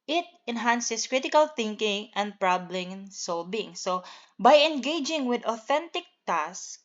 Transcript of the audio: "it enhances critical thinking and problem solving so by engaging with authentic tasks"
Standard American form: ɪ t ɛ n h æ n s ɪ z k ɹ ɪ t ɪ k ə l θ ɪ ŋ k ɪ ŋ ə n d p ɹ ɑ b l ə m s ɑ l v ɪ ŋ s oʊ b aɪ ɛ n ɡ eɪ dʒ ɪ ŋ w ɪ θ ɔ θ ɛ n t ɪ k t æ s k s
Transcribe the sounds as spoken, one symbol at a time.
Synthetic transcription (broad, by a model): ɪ t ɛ n h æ n s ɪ s k ɹ ɪ t ɪ k ə l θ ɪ ŋ k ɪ ŋ ə n d p ɹ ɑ b l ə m s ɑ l b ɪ ŋ s oʊ b aɪ ɛ n ɡ eɪ dʒ ɪ ŋ w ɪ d ɔ θ ɛ n t ɪ k t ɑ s s